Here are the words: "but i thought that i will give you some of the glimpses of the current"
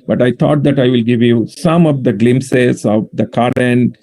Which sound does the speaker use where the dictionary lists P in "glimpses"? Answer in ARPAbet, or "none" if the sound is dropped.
none